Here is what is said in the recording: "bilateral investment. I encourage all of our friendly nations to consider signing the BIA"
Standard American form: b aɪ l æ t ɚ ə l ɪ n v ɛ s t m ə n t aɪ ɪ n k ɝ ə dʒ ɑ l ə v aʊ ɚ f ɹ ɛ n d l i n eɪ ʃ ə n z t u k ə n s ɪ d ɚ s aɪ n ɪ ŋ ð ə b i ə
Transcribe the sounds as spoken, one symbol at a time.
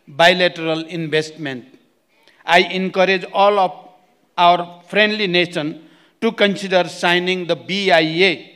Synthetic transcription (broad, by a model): b aɪ l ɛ t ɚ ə l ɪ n b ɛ s t m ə n t aɪ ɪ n k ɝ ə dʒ ɑ l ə p aʊ ɚ p ɹ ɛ n d l i n eɪ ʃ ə n t u k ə n s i d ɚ s aɪ n ɪ ŋ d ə b i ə